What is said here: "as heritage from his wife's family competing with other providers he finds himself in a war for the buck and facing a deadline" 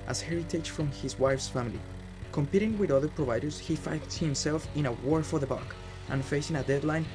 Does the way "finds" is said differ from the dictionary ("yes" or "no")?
yes